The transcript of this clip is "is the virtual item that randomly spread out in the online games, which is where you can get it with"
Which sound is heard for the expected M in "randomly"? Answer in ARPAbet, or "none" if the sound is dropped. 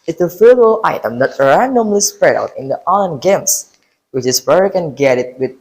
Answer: M